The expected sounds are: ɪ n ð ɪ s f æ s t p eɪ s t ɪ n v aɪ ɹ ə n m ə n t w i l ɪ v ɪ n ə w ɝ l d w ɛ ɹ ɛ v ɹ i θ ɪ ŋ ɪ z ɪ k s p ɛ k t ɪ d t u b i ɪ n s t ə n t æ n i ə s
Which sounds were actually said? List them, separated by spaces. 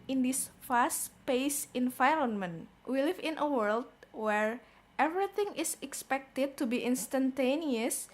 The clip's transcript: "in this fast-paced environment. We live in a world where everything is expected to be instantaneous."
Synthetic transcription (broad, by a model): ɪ n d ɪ s f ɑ s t p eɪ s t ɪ n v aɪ ɹ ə n m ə n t w i l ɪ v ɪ n ə w ɝ l d w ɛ ɹ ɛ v ɹ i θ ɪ ŋ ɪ s ɪ k s p ɛ k t ɪ d t u b i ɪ n s t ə n t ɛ n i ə s